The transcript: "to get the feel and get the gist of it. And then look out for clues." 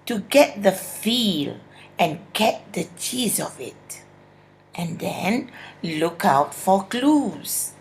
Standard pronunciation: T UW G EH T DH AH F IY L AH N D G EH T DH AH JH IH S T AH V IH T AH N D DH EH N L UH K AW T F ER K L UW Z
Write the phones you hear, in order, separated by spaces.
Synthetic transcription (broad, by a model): T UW G EH T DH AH F IY L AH N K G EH T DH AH CH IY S AH V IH T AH N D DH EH N L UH K AW T F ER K L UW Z